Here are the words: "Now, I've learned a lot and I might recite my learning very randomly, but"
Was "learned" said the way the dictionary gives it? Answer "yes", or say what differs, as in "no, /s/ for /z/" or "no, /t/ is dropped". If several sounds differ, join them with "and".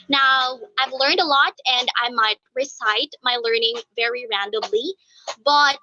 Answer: yes